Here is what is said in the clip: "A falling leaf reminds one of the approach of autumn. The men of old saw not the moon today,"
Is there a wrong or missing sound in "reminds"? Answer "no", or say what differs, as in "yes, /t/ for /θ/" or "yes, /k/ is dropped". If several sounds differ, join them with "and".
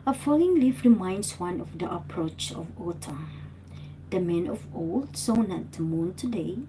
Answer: yes, /s/ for /z/